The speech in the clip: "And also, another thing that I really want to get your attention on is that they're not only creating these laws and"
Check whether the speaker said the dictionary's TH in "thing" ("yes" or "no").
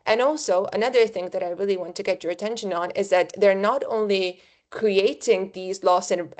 yes